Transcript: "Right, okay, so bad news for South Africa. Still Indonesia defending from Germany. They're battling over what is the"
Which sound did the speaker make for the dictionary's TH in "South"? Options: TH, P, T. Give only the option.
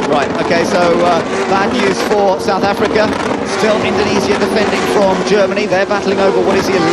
TH